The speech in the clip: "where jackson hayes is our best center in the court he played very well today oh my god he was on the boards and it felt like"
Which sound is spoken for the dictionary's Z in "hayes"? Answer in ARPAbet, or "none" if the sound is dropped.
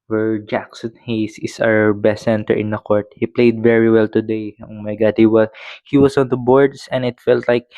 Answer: S